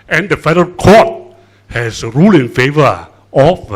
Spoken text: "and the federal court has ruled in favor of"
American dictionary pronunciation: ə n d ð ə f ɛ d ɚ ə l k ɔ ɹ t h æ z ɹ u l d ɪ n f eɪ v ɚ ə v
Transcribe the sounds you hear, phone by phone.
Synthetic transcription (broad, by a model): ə n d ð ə f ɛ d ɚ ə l k ɔ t h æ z ɹ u l ɪ n f eɪ v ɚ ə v